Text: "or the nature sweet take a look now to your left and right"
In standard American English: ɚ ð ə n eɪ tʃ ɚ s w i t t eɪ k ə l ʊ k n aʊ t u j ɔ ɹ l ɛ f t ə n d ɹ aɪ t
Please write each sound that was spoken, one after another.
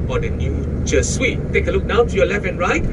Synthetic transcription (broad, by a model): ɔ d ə n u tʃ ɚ s w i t t eɪ k ə l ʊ k n aʊ t u j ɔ l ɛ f ə n ɹ aɪ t